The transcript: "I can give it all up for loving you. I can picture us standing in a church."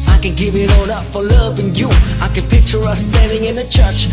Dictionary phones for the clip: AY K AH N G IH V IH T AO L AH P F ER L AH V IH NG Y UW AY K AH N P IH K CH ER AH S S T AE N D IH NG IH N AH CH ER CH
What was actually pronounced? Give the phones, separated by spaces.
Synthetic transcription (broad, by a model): AY K AH N G IH V IH T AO N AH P F ER L AH V IH NG Y UW AY K AH N P IH K CH ER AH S S T AE N D IH NG IH N AH CH ER CH